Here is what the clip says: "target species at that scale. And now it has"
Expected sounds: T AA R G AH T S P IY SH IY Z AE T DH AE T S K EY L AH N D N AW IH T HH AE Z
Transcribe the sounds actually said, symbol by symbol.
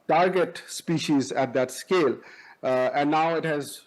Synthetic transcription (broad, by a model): T AA R G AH T S P IY SH IY Z AE T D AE T S K EY L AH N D N AW IH T HH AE Z